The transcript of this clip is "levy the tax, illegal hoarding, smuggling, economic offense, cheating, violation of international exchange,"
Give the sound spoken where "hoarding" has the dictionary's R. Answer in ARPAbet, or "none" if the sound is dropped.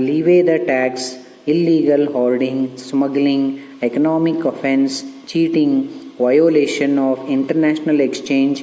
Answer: L